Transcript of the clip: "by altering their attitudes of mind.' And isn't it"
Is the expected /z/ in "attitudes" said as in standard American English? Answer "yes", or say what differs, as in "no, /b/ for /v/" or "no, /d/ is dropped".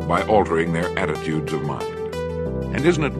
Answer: yes